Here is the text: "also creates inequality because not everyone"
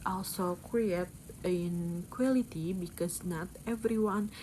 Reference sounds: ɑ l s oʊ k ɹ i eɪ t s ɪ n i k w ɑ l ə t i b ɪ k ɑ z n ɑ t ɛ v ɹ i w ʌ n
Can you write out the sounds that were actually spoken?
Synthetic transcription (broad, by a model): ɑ l s oʊ k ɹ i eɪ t ɪ n k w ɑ l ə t i b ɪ k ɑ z n ɑ t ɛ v ɹ i w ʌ n